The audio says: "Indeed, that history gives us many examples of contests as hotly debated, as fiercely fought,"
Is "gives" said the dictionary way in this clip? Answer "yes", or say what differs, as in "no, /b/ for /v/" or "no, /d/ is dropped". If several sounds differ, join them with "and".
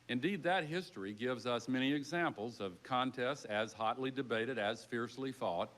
yes